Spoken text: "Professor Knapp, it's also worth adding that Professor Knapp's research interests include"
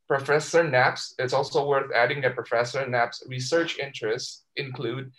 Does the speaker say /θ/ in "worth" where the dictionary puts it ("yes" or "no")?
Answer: yes